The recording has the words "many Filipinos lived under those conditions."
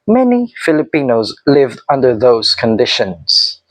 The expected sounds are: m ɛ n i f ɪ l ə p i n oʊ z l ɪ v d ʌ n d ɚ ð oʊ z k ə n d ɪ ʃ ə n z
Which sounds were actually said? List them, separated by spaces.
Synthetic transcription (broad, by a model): m ɛ n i f ɪ l ə p i n oʊ z l ɪ v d ʌ n d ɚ ð oʊ z k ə n d ɪ ʃ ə n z